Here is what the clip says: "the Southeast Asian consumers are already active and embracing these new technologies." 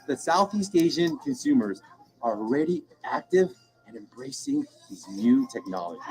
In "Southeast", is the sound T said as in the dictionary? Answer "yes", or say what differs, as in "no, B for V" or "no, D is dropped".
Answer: yes